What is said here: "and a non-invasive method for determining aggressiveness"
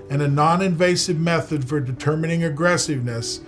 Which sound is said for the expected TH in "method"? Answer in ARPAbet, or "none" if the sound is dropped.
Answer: TH